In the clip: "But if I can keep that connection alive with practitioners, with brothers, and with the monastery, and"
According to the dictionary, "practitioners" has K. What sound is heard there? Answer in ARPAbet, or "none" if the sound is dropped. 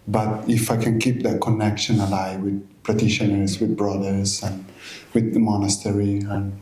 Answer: none